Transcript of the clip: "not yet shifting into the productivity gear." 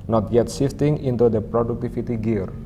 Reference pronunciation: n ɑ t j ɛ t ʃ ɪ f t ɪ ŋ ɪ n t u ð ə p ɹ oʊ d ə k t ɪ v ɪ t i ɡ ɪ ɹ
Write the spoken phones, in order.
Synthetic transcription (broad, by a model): n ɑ t j ɛ t s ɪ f t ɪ ŋ ɪ n t u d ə p ɹ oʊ d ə k t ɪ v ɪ t i ɡ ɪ ɹ